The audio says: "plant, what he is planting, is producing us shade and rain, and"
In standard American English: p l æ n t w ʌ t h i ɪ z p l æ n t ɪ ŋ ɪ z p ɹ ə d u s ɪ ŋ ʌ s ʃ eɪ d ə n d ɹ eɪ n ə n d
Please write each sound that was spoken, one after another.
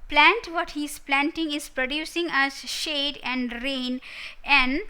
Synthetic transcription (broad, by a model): p l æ n t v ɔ t h i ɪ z p l æ n t ɪ ŋ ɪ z p ɹ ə d u s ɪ ŋ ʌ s ʃ eɪ d ə n d ɹ eɪ n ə n d